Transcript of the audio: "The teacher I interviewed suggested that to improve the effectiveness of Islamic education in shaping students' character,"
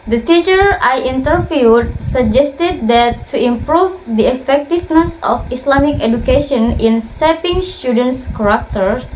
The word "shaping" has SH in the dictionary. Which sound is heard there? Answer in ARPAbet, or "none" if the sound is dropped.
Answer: S